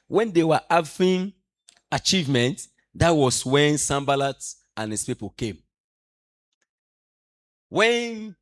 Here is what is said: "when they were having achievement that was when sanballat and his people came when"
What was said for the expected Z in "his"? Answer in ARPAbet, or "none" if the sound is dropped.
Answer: S